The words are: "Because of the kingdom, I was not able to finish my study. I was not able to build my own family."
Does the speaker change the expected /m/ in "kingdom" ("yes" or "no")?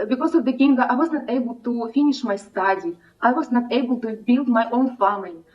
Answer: yes